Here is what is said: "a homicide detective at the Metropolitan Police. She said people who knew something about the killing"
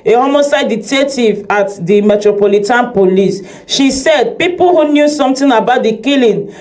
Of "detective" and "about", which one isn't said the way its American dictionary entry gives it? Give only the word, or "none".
detective